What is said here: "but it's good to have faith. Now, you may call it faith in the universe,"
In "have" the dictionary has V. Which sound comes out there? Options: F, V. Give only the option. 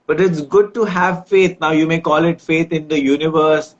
V